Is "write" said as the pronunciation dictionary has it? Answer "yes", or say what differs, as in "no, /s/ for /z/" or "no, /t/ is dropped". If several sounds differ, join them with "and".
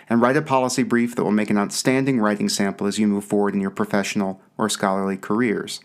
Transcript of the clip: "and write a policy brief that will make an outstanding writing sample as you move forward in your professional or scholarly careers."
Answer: yes